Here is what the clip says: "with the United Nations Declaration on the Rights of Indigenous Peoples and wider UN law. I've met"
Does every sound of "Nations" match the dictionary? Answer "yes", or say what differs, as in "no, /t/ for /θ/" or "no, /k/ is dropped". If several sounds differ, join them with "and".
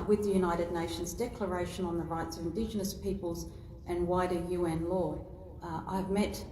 yes